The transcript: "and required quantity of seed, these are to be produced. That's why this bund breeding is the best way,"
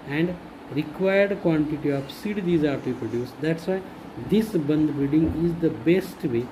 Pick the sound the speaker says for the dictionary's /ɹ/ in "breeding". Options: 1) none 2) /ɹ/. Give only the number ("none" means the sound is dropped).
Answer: 1